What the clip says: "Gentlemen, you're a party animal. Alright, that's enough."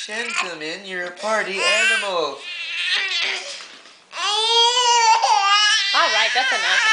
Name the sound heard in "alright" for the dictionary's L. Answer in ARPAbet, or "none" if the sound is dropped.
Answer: L